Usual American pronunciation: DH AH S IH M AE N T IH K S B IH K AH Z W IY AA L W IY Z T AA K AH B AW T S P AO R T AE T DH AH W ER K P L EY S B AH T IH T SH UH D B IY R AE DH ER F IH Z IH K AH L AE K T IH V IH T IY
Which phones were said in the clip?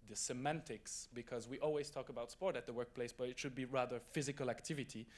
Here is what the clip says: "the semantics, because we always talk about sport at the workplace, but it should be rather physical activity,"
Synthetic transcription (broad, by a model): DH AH S IH M AE N T IH K S B IH K AH Z W IY AA L W IY Z T AA K AH B AW T S P AO R T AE T DH AH W ER K P L EY S B AH T IH T SH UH D B IY R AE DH ER F IH Z IH K AH L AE K T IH V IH T IY